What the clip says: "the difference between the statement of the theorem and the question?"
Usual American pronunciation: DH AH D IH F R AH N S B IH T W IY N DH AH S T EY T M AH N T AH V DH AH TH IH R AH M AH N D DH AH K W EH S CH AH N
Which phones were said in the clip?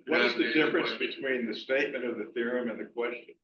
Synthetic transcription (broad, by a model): DH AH D IH F R AH N S B IH T W IY N DH AH S T EY T M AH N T AH V DH AH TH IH R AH M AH N DH AH K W EH S CH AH N